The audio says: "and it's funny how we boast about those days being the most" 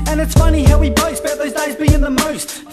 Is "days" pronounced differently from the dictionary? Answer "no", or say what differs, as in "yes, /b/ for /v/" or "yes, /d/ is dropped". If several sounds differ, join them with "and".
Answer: no